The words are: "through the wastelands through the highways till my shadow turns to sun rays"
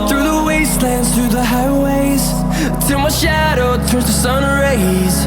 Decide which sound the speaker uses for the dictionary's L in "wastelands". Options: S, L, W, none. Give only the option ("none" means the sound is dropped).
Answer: L